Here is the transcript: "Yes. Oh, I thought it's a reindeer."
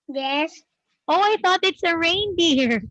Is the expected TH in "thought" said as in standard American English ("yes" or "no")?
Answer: yes